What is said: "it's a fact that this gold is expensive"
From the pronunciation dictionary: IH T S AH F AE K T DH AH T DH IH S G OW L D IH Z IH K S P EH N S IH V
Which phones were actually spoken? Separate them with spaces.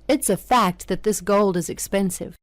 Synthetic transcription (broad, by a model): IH T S AH F AE K T DH AH T DH IH S G OW L D IH Z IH K S P EH N S IH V